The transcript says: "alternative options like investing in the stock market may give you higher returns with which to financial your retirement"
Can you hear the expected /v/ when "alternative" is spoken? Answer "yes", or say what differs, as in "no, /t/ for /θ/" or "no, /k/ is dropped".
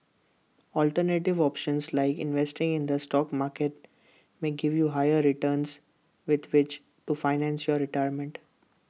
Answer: yes